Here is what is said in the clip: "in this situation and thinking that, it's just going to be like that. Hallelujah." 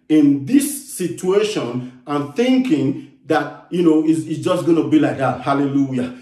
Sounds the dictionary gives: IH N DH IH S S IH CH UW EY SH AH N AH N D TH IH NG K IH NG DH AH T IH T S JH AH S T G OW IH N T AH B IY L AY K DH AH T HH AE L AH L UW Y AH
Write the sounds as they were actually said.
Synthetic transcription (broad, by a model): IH N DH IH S S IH CH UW EY SH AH N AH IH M TH IH NG K IH NG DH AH T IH S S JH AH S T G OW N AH B IY L AY K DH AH T HH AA L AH L UW Y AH